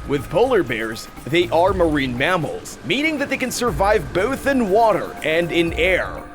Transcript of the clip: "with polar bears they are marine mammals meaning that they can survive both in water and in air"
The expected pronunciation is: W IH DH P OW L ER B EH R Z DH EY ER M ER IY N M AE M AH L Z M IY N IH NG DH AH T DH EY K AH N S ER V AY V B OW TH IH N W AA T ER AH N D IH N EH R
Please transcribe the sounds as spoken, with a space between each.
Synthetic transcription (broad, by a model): W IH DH P OW L ER B EH R Z DH EY ER M ER IY N M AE M L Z M IY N IH NG DH AH T DH EY K AH N S ER V AY V B OW TH IH N W AA T ER AH N D IH N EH R